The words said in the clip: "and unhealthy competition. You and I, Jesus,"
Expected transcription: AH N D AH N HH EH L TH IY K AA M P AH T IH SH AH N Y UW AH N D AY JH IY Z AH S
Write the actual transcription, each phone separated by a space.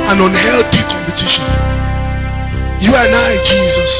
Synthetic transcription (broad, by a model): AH N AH N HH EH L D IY K AA M P AH T IH SH AH N Y UW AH N AY JH IY Z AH S